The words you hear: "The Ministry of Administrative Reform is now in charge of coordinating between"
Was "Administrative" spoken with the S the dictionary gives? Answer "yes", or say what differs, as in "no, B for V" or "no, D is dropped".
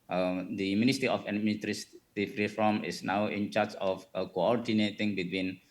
no, S is dropped